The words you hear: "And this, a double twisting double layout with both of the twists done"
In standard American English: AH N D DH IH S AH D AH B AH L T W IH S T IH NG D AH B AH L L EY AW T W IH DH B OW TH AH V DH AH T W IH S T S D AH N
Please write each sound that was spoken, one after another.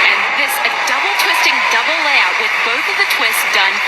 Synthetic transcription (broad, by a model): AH N DH IH S AH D AH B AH L T W IH S T IH NG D AH B L L EY AW T W IH DH B OW TH AH V DH AH T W IH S S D AH N